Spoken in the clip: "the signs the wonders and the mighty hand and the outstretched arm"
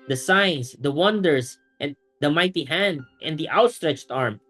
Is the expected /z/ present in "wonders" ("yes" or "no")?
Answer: no